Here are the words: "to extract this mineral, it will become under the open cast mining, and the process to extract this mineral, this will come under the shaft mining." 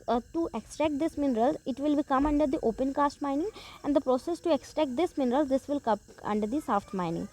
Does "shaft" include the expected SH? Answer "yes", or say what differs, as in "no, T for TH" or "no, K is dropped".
no, S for SH